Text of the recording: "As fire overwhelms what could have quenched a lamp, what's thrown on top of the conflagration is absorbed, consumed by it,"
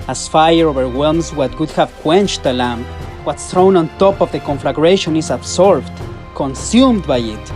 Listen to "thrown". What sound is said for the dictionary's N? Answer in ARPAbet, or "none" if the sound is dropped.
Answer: N